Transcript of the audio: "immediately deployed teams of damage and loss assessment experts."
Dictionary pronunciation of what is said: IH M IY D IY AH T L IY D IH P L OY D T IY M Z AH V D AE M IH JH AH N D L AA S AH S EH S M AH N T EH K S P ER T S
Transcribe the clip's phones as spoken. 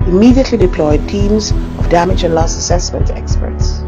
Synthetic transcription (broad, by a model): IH M IY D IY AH T L IY D IH P L OY D T IY M Z AH V D AE M IH JH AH N L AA S AH S EH S M AH N T EH K S P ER T S